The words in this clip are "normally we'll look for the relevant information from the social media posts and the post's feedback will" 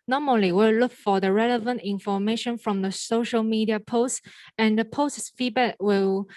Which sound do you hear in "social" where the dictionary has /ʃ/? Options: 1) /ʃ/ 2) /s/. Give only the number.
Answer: 1